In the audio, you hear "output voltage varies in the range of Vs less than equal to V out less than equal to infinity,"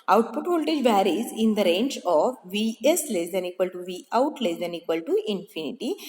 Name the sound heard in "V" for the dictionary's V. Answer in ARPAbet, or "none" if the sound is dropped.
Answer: V